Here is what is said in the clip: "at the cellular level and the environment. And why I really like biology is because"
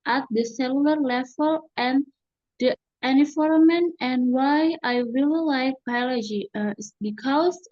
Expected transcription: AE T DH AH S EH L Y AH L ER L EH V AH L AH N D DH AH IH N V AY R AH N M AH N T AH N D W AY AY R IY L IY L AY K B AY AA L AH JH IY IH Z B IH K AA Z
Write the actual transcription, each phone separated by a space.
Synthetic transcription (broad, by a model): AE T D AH S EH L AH L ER L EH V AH L AH N D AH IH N IY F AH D M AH N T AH N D W AY AY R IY L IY L AY K B AY AA L AH JH IY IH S B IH K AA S